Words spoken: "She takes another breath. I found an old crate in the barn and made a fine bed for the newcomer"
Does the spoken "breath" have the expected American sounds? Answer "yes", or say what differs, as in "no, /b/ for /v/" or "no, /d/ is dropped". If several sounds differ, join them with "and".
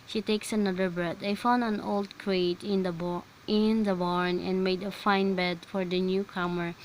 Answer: no, /t/ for /θ/